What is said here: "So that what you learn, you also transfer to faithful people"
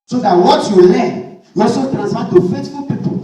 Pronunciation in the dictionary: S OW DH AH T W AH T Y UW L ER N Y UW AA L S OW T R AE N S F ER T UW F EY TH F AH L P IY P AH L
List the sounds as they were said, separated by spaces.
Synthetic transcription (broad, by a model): S OW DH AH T W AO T Y UW L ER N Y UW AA S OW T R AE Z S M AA T UW F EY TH F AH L P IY P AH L